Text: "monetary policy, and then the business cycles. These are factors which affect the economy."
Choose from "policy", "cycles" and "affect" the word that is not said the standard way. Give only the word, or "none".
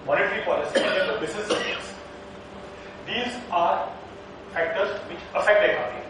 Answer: cycles